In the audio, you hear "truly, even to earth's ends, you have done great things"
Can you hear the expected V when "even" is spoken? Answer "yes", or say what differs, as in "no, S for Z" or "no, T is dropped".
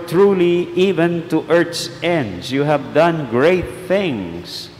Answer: yes